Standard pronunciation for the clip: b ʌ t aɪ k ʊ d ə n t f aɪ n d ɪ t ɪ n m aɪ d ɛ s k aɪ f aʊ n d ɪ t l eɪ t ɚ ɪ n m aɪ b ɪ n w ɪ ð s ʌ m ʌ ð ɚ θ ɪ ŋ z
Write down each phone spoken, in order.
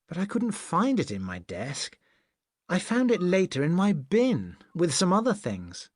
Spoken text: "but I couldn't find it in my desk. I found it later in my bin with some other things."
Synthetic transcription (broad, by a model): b ʌ t aɪ k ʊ d n t f aɪ n d ɪ t ɪ n m aɪ d ɛ s k aɪ f aʊ n d ɪ t l eɪ t ɚ ɪ n m aɪ b ɪ n w ɪ ð s ʌ m ʌ ð ɚ θ ɪ ŋ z